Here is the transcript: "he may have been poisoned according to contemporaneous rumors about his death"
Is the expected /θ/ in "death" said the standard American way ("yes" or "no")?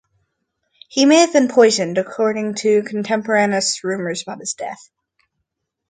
yes